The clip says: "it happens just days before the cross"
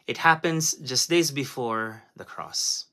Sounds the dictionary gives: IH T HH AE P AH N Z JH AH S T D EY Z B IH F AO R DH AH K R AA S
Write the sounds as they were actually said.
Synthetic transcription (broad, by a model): IH T HH AE P AH N Z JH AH S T D EY Z B IH F AO R DH AH K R AA S